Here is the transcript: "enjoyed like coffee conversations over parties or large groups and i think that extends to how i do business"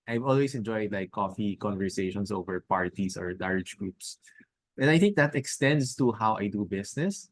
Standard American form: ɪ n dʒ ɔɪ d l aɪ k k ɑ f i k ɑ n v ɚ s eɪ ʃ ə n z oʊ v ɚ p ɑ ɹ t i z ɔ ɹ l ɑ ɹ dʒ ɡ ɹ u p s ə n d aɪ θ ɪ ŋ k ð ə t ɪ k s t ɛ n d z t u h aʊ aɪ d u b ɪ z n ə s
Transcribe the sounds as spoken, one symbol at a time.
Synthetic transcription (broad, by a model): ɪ n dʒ ɔɪ d l aɪ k k ɑ f i k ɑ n v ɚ s eɪ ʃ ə n s oʊ v ɚ p ɑ ɹ t i s ɔ ɹ l ɑ ɹ dʒ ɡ ɹ u p s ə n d aɪ θ ɪ ŋ k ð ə t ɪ k s t ɛ n d s t u h aʊ aɪ d u b ɪ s n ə s